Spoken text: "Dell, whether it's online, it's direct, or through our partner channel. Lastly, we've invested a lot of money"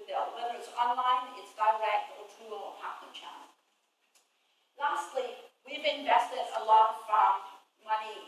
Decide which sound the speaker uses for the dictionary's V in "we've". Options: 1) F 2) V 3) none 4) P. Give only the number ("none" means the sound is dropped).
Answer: 2